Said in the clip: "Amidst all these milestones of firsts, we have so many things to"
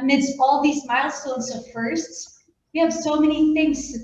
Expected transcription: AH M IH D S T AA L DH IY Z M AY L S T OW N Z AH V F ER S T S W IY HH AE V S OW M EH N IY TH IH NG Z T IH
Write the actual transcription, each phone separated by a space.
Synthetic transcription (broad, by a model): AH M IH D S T AA L DH IY Z M AY L S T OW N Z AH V F ER S T S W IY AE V S OW M EH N IY TH IH NG Z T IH